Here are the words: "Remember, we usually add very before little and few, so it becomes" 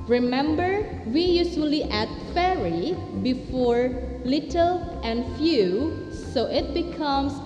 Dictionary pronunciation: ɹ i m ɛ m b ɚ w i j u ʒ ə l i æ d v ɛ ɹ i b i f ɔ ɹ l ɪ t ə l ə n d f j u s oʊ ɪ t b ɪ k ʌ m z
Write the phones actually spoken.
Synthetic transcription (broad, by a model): ɹ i m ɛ m b ɚ w i j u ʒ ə l i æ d f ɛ ɹ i b i f ɔ ɹ l ɪ t ə l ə n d f j u s oʊ ɪ t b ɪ k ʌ m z